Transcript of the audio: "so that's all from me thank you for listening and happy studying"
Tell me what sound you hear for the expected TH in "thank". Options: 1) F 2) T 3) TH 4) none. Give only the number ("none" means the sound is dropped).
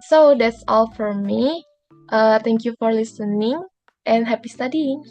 2